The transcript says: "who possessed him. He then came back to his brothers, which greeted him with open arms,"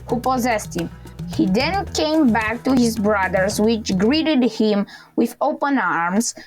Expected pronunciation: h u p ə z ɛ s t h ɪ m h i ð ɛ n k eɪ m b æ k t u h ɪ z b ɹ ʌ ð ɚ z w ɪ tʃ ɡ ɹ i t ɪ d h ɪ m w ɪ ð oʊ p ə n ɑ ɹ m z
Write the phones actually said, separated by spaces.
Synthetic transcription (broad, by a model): h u p ə z ɛ s t h ɪ m h i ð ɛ n k eɪ m b æ k t u h ɪ z b ɹ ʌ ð ɚ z w ɪ tʃ ɡ ɹ i t ɪ d h ɪ m w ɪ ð oʊ p ə n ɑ ɹ m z